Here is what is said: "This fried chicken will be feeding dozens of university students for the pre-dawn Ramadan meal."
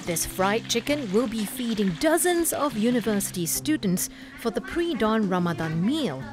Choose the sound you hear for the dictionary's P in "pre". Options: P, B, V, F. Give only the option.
P